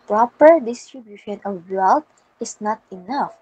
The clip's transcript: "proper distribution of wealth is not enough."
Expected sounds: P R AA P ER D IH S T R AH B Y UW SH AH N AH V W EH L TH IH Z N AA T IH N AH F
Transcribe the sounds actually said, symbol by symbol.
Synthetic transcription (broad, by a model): P R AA P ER D IH S T R AH B Y UW SH AH N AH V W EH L T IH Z N AA T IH N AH F